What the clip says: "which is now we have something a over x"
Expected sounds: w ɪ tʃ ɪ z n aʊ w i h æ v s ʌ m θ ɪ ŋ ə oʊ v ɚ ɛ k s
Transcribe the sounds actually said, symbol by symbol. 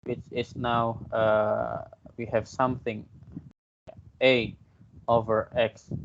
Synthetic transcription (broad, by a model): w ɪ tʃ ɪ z n aʊ w i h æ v s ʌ m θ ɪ ŋ ə oʊ v ɚ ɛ k s